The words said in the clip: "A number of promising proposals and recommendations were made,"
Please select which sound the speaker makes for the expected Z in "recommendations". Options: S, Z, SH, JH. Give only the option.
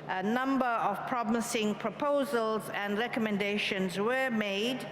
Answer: Z